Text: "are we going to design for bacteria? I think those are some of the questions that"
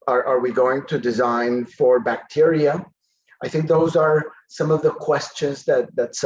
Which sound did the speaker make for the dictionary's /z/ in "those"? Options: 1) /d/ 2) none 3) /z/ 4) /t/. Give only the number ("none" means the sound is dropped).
3